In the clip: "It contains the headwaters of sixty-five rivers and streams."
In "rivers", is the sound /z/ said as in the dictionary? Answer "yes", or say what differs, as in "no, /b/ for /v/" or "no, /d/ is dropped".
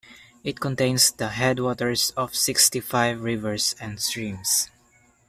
no, /s/ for /z/